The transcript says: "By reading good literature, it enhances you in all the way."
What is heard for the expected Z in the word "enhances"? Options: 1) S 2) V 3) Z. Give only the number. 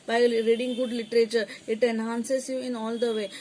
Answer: 1